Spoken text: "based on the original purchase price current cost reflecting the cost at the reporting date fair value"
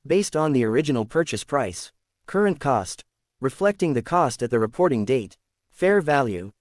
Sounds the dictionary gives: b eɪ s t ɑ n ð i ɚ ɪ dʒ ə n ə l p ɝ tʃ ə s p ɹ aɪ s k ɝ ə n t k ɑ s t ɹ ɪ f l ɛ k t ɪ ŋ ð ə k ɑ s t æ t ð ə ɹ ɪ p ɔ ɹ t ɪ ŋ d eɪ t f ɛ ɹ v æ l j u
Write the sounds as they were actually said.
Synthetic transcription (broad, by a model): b eɪ s t n ð i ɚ ɪ dʒ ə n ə l p ɝ tʃ ə s p ɹ aɪ s k ɝ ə n k ɑ s t ɹ ɪ f l ɛ k t ɪ ŋ ð ə k ɑ s t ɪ t ð ə ɹ ɪ p ɔ ɹ t ɪ ŋ d eɪ t f ɛ ɹ v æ l j u